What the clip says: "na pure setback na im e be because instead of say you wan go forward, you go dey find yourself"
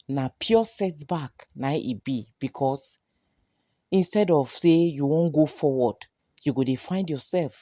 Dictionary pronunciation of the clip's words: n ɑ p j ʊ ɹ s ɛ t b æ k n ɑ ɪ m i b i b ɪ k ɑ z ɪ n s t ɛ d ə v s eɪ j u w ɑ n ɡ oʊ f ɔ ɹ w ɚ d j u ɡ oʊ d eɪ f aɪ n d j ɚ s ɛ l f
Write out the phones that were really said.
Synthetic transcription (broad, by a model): n ɑ p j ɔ s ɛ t b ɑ k n ɑ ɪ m i b i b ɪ k ɑ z ɪ n s t ɛ d ə v s eɪ j u w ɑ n ɡ oʊ f ɔ w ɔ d j u ɡ oʊ d eɪ f aɪ n d j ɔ s ɛ l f